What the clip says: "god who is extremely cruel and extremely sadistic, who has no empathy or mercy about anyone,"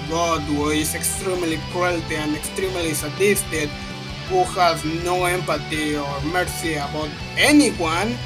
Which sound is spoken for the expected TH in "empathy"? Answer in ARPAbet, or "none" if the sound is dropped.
T